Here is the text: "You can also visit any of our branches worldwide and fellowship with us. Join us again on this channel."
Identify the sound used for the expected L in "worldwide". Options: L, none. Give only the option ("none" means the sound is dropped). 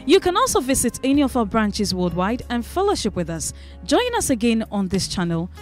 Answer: none